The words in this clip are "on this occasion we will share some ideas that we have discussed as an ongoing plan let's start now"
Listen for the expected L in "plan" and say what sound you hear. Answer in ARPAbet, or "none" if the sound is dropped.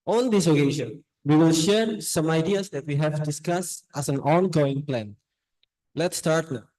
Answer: L